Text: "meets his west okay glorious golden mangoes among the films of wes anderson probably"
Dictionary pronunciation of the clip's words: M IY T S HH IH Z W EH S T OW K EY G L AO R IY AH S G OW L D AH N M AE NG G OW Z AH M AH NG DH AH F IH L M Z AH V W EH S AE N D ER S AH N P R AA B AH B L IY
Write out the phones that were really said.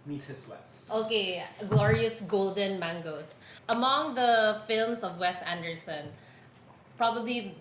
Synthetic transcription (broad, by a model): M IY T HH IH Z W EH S T OW K EY G L AO R IY AH S G OW L D AH N M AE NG G OW S AH M AH NG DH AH F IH L M S AH V W EH S AE N D ER S AH N P R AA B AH B L IY